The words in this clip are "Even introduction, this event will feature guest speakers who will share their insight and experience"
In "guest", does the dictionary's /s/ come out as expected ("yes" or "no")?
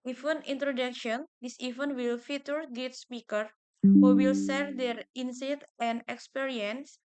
no